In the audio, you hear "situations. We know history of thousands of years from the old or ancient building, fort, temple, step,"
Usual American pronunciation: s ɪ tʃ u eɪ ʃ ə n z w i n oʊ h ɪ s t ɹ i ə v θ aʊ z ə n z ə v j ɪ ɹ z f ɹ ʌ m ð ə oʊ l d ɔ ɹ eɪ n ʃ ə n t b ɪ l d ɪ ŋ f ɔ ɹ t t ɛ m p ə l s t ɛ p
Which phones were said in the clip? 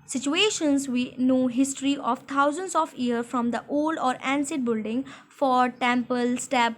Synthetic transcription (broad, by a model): s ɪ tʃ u eɪ ʃ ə n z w i n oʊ h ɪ s t ɹ i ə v t aʊ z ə n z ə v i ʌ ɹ f ɹ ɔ m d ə oʊ l d ɔ ɹ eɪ n s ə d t b ɪ l d ɪ ŋ f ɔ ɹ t t ɛ m p ə l s t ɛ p